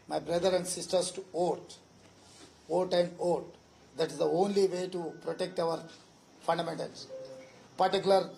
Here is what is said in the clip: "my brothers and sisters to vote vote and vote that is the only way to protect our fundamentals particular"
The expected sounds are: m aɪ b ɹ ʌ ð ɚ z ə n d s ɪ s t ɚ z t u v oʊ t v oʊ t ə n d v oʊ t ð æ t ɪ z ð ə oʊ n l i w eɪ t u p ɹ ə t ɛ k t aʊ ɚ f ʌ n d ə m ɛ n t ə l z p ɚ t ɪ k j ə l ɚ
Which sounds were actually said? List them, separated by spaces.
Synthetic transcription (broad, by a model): m aɪ b ɹ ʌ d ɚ ə n d s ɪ s t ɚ s t u oʊ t oʊ t ə n d oʊ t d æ t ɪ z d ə oʊ n l i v eɪ t u p ɹ ə t ɛ k t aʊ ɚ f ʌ n d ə m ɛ n t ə l s p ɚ t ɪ k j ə l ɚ